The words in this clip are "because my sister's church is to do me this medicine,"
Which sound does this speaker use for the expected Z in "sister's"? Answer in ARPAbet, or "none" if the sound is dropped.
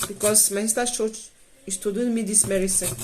none